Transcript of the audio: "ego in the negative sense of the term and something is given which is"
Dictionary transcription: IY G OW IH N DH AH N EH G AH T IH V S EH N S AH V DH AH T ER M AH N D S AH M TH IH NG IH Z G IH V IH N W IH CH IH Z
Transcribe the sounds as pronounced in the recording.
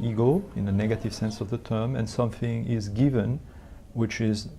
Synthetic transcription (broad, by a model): IY G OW IH N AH N EH G AH T IH V S EH N S AH V DH AH T ER M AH N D S AH M TH IH NG IH Z G IH V IH N W IH CH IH Z